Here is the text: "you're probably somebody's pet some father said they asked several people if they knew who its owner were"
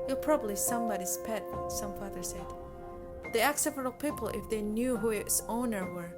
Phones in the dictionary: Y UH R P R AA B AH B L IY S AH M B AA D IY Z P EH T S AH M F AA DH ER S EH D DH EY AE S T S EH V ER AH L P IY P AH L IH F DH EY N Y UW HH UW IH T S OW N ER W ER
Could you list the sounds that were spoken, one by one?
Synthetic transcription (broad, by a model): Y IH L P R AA B AH B L IY S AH M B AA D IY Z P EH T S AH M F AA DH ER S EH D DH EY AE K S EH F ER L P IY P AH L IH F DH EY N Y UW HH UW IH T S OW N ER W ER